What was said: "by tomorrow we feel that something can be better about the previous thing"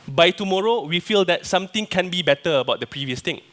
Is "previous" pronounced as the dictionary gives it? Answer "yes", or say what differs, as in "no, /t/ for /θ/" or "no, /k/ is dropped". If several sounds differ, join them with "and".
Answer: yes